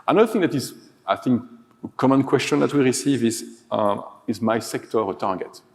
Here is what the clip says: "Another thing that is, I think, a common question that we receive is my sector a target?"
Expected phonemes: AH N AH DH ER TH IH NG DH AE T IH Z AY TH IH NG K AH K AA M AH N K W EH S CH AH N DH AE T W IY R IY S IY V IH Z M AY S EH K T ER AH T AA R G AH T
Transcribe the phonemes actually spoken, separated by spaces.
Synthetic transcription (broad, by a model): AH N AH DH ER TH IH NG DH AE T IH Z AY TH IH NG K AH K AA M AH N K W EH S CH AH N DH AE T W IY R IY S IY V IH Z M AY S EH K T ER AH T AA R G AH T